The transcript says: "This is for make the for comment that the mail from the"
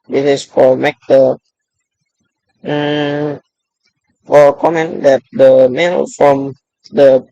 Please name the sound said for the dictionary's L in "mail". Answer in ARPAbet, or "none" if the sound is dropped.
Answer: N